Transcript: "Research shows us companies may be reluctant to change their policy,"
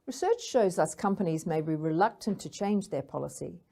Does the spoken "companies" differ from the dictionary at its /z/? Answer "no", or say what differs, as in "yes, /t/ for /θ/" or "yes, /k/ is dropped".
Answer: no